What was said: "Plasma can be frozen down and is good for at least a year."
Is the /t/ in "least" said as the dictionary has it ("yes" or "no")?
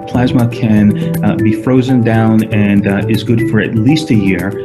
yes